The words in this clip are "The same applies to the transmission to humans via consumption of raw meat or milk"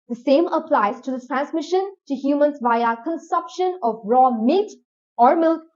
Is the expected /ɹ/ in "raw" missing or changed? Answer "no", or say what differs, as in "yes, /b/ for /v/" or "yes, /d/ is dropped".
no